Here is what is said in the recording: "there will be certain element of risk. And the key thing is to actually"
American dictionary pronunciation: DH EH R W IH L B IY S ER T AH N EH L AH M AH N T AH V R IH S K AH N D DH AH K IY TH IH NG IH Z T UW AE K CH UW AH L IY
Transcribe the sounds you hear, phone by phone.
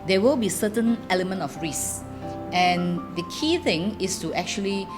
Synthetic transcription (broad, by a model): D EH W IH L B IY S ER T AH N EH L AH M AH N T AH F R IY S AH N D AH K IY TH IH NG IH S T UW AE K CH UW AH L IY